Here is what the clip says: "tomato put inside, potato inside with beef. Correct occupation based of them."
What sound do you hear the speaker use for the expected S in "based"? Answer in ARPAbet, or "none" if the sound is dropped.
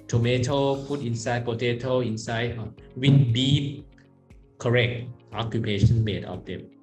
none